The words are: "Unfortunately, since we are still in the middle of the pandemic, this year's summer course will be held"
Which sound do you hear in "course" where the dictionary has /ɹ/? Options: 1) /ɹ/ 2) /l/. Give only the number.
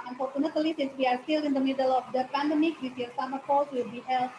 2